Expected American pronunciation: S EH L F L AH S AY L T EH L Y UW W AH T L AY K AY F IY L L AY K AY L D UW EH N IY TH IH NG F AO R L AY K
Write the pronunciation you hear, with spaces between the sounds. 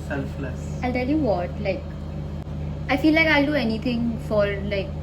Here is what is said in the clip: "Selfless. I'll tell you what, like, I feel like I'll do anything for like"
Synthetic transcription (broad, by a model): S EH L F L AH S AY L T EH L Y UW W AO T L AY K AY F IY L L AY K AY L D UW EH N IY T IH NG F AO R L AY K